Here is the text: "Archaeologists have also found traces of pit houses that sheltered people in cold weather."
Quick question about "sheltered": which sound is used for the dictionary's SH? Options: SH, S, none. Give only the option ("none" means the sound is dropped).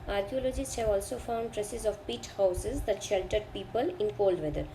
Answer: SH